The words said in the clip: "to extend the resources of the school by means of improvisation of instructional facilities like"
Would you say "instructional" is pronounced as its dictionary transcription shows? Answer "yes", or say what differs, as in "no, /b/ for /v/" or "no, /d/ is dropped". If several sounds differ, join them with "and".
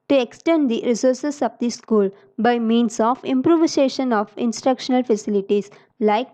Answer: yes